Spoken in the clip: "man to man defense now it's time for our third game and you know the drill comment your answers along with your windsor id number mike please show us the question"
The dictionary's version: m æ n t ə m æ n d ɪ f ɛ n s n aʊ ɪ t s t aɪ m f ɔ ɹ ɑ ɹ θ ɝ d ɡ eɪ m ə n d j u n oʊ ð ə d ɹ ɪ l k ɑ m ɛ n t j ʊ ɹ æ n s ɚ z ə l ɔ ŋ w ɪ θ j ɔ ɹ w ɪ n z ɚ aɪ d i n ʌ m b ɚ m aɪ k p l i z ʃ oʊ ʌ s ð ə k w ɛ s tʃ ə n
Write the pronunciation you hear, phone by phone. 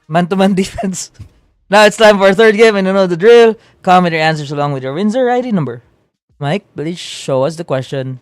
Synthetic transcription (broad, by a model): m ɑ n t ə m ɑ n d ɪ f ɛ n s n aʊ ɪ t s t aɪ m f ɔ ɹ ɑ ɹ θ ɝ d ɡ eɪ m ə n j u n oʊ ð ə d ɹ ɪ l k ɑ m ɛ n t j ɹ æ n s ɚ s ə l ɔ ŋ w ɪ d j ɔ ɹ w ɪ n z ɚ aɪ d i n ʌ m b ɚ m aɪ k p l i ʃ ʃ oʊ ʌ s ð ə k w ɛ s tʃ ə n